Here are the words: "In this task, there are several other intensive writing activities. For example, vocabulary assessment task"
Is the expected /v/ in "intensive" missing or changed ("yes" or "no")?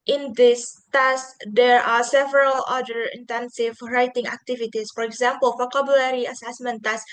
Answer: no